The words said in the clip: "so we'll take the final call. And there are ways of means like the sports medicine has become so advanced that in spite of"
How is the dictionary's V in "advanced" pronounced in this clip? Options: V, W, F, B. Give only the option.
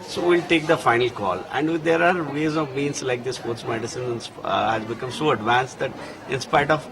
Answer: V